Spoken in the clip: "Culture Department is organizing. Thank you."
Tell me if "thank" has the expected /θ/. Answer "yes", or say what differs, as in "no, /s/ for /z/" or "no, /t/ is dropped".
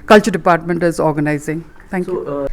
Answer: no, /t/ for /θ/